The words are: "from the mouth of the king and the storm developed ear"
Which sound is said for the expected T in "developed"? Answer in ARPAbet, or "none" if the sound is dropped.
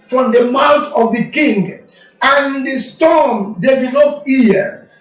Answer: none